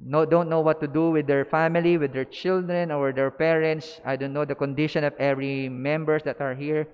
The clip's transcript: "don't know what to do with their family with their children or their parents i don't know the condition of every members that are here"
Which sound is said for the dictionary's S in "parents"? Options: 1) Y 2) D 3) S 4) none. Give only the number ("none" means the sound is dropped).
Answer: 3